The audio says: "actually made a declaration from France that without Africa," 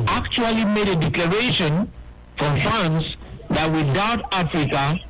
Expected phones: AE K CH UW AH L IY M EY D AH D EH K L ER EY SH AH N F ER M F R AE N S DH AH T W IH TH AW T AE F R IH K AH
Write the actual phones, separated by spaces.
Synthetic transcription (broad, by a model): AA K CH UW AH L IY M EY D AH D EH K L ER EY SH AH N F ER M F AA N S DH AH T W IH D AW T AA F R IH K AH